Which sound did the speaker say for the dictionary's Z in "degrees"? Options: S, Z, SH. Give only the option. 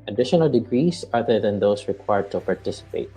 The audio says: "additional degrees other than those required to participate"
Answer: S